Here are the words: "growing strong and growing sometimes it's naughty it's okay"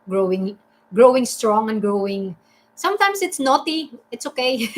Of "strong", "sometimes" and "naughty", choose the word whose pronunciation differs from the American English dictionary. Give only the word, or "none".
sometimes